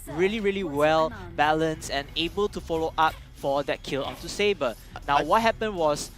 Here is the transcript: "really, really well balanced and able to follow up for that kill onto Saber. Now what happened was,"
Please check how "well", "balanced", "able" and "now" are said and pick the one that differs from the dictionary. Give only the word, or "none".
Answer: balanced